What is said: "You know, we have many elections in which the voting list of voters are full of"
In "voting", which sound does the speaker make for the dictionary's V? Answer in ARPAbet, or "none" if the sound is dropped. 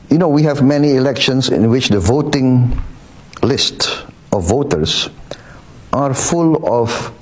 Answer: V